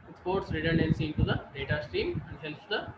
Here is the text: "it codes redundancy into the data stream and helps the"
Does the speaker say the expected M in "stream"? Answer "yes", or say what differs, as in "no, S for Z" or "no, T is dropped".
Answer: yes